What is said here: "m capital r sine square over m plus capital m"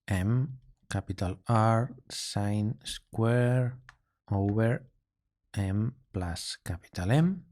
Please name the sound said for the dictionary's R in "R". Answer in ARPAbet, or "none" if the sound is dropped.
R